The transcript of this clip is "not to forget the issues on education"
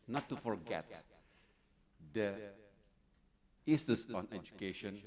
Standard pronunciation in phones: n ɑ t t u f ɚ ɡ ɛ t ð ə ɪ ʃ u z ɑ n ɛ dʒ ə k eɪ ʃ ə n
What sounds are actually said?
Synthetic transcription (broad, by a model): n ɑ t t u f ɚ ɡ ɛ t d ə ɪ s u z ɑ n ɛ dʒ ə k eɪ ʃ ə n